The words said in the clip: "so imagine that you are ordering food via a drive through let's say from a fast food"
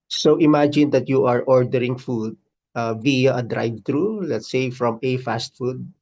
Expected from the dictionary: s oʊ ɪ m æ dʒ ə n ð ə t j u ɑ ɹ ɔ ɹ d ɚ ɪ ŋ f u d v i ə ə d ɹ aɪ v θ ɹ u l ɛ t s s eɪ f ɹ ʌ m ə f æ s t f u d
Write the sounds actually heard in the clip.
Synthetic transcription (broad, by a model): s oʊ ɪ m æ dʒ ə n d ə t j u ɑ ɹ ɔ ɹ d ɚ ɪ ŋ f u d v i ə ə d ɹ aɪ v t ɹ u l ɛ t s s eɪ f ɹ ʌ m ə f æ s t f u d